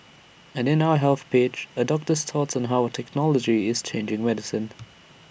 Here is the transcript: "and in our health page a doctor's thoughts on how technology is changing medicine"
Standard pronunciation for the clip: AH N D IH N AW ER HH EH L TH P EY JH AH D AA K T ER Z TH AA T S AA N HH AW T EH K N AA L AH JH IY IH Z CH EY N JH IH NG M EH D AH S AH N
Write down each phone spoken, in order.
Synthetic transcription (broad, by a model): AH N IH N AW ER HH EH L TH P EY CH AH D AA K T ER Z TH AA T S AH N HH AW T EH K N AA L AH JH IY IH Z CH EY N JH IH NG M EH D AH S AH N